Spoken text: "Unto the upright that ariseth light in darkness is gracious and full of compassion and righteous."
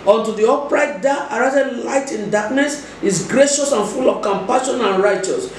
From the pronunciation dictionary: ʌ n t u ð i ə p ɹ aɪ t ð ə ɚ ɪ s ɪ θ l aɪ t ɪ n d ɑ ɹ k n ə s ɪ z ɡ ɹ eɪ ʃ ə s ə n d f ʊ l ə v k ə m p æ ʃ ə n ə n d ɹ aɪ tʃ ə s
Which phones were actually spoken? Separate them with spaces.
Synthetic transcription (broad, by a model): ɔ n t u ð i ə p ɹ aɪ t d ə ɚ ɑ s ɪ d l aɪ t ɪ n d ɑ k n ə s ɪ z ɡ ɹ eɪ ʃ ə s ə n f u l ə v k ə m p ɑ ʃ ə n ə n ɹ aɪ tʃ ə s